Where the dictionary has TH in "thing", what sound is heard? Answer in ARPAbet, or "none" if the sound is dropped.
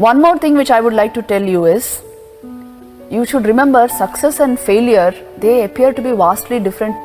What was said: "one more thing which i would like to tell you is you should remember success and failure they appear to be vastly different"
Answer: T